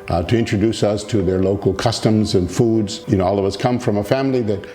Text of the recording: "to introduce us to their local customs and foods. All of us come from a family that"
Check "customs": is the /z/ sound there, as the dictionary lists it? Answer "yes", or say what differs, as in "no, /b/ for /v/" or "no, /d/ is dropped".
yes